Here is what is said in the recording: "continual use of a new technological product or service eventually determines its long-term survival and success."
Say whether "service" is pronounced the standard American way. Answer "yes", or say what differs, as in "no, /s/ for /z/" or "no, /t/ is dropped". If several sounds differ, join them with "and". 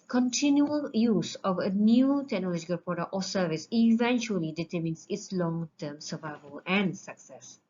yes